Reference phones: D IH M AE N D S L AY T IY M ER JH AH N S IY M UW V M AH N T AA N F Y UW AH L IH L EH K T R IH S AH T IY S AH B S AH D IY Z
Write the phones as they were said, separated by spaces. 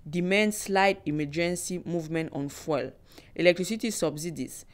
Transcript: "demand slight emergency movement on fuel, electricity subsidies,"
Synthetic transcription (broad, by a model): D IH M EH N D S L AY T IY M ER JH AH N S IY M UW V M AH N T AA N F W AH L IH L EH K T R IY S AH T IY S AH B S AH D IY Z